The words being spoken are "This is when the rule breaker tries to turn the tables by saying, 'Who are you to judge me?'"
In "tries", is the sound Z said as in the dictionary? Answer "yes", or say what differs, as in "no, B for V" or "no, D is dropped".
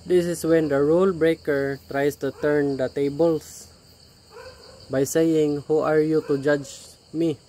no, S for Z